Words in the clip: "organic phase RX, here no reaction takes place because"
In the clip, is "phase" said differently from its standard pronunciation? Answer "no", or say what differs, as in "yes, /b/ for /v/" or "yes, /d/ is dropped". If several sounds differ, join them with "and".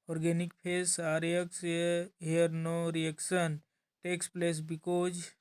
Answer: yes, /p/ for /f/ and /s/ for /z/